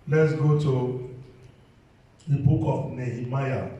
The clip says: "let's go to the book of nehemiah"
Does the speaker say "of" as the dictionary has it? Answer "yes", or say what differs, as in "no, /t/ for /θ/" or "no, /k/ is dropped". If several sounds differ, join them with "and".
no, /p/ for /v/